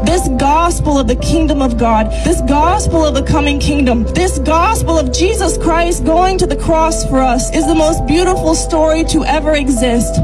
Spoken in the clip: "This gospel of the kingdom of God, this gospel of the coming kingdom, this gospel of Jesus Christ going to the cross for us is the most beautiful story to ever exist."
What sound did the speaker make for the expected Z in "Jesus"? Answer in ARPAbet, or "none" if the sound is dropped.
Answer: Z